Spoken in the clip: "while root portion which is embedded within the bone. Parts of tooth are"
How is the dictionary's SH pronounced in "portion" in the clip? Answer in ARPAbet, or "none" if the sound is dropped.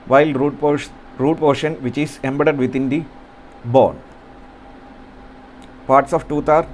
SH